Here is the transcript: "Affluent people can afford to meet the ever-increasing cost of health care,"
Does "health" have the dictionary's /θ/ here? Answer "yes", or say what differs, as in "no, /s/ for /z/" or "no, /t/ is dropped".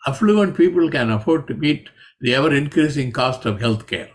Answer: no, /t/ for /θ/